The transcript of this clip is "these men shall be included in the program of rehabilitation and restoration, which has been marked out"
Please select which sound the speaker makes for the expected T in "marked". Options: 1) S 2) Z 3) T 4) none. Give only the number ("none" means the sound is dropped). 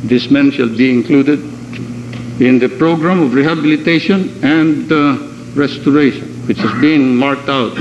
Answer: 3